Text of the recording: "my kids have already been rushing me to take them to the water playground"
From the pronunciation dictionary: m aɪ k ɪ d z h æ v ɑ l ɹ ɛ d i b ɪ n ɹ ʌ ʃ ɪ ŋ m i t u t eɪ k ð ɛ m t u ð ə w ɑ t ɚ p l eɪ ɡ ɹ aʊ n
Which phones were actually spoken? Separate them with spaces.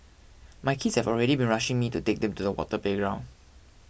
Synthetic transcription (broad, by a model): m aɪ k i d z h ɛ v ɑ l ɹ ɛ d i b ɪ n ɹ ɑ ʃ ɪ ŋ m i t u t eɪ k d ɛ m t u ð ə w ɑ t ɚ p l eɪ ɡ ɹ aʊ n